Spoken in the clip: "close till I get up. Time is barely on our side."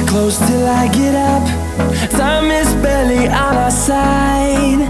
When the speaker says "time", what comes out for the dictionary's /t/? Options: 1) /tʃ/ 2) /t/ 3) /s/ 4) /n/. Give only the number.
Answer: 3